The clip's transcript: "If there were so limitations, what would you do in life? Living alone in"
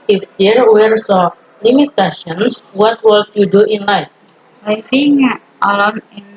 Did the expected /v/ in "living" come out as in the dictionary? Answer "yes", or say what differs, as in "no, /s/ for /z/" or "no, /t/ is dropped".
no, /f/ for /v/